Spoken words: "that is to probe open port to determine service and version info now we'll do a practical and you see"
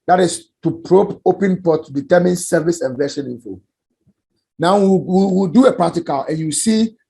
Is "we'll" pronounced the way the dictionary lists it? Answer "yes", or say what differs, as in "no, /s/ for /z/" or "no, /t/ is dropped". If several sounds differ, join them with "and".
no, /w/ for /l/